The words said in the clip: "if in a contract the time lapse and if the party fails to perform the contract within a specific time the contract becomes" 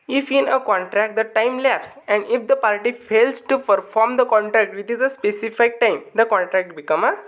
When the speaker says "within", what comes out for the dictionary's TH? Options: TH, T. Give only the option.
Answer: T